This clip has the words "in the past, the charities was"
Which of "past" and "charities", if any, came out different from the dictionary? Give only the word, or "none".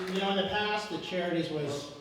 none